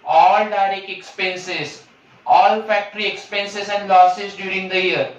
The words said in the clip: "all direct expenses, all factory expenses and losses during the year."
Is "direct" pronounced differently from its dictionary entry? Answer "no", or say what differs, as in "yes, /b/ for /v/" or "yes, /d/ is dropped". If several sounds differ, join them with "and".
yes, /t/ is dropped